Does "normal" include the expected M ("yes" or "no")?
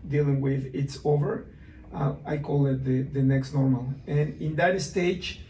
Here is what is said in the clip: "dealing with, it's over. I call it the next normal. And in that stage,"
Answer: yes